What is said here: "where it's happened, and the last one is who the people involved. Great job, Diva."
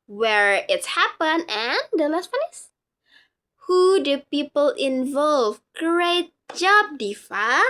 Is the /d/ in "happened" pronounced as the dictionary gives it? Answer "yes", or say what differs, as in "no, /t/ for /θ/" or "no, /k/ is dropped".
no, /d/ is dropped